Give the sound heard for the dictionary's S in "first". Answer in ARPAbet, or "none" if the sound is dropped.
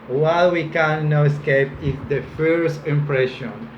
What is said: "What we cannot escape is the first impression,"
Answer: S